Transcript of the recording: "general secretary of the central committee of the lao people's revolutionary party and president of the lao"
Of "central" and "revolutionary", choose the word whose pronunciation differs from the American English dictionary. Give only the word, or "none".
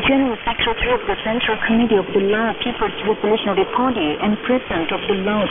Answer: revolutionary